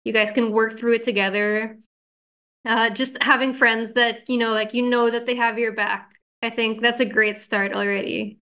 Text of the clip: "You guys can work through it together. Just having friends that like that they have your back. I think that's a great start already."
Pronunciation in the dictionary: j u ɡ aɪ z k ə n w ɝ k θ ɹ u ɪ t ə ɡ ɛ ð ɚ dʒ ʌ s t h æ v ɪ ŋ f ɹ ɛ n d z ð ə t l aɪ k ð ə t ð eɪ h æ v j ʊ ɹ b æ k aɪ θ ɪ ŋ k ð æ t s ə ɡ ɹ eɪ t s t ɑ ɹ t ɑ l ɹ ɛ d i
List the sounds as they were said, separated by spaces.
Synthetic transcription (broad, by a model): j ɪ ɡ aɪ z k ə n w ɝ k θ ɹ u ɪ t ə ɡ ɛ ð ɚ dʒ ʌ s t h æ v ɪ ŋ f ɹ ɛ n d z ð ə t l aɪ k ð ə t ð eɪ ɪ v j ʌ ɹ b æ k aɪ θ ɪ ŋ k ð æ t s ə ɡ ɹ eɪ t s t ɑ ɹ t l ɹ ɛ d i